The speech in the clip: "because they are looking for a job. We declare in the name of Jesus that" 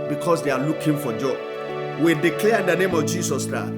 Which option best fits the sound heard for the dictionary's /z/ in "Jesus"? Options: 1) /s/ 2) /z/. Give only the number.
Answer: 1